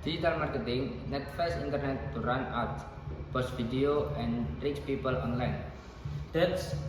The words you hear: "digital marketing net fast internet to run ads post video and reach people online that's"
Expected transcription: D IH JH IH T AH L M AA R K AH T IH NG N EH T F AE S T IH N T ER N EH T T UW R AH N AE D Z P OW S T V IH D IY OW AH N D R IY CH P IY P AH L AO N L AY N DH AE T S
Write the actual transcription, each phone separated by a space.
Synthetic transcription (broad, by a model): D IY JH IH T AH L M AA R K AH T IH NG N EH T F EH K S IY N T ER N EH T T UW R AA N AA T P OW S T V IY D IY OW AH N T R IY S P IY P AH L AO N L AY N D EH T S